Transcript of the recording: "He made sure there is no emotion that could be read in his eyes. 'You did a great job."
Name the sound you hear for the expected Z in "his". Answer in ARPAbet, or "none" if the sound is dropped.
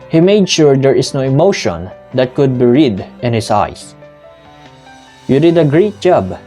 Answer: S